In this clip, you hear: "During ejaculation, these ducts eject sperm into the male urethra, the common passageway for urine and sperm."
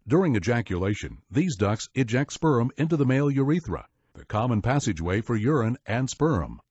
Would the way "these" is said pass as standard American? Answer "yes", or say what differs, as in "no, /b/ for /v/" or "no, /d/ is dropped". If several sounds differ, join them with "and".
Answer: yes